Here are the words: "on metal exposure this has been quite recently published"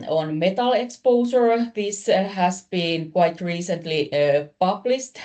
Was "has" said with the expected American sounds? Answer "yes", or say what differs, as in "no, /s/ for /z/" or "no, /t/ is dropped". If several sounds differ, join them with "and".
no, /s/ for /z/